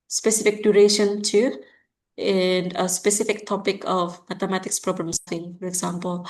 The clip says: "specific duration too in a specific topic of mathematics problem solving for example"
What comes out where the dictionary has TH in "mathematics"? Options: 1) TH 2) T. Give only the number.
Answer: 2